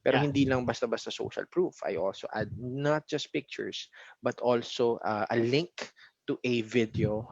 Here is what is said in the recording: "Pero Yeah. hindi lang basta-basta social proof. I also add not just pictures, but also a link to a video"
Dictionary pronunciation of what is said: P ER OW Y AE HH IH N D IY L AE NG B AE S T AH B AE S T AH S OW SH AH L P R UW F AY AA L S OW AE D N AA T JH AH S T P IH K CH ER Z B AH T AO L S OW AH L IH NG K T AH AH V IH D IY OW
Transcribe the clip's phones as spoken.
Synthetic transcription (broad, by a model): P ER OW HH IH N D IY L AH NG B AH S T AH B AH S T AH S OW SH AH L P R UW F AY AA L S OW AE D N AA T JH AH S T P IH K CH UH S B AH T AO L S OW AH L IH NG K T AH AH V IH D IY OW